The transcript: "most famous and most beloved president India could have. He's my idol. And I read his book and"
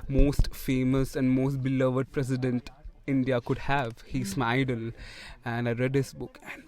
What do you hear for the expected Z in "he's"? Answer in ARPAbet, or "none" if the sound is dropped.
S